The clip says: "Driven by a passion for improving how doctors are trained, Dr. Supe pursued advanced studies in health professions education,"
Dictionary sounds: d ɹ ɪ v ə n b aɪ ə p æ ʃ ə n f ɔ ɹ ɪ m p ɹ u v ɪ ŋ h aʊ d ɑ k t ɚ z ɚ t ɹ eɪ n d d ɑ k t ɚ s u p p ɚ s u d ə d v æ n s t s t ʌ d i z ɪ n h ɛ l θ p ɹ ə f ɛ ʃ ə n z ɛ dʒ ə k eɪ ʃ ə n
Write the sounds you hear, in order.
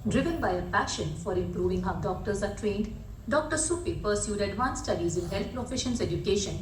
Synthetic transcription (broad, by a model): d ɹ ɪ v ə n b aɪ ə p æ ʃ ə n f ɔ ɹ ɪ m p ɹ u v ɪ ŋ h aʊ d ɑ k t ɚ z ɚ t ɹ eɪ n d d ɑ k t ɚ s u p p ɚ s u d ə d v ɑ n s s t ʌ d i z ɪ n h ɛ l t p ɹ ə f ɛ ʃ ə n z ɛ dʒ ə k eɪ ʃ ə n